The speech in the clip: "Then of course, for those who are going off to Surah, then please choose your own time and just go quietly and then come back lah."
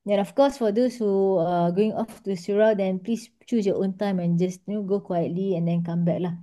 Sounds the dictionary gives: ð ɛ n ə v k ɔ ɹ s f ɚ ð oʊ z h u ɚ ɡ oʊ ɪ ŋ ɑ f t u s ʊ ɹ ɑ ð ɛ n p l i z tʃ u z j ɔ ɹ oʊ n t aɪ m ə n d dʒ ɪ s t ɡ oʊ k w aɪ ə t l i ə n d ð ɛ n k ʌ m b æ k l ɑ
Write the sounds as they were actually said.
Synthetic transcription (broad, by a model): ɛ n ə f k ɔ s f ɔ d oʊ s h u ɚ ɡ oʊ ɪ ŋ ɑ f t u s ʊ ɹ ɑ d ɛ n p l i s tʃ u s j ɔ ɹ oʊ n t aɪ m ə n dʒ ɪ s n ɡ oʊ k w aɪ ə t l i ə n d ɛ n k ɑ m b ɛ k l ɑ